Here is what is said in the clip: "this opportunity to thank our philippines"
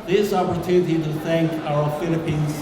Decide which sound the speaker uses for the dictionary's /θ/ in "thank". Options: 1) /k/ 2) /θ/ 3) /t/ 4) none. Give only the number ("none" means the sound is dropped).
2